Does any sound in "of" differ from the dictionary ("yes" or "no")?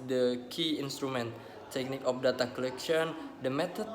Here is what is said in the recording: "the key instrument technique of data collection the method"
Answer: yes